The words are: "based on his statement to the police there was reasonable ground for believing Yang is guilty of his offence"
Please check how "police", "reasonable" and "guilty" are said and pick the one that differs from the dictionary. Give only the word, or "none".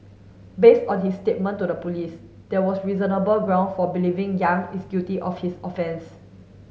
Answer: guilty